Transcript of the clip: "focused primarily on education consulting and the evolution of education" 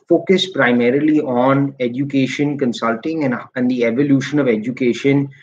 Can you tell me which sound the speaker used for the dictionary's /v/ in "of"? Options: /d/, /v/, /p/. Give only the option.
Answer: /v/